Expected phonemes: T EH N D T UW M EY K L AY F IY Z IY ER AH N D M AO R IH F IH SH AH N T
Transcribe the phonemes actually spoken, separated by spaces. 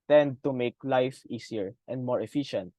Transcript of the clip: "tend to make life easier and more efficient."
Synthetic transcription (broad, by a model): T EH N D T UW M EY K L AY F IY S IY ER AH N D M AO R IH F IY SH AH N T